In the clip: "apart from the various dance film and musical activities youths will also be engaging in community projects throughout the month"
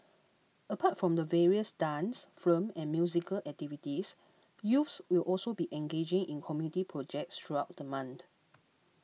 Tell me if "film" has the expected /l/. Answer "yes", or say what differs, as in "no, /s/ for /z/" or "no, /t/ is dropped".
no, /l/ is dropped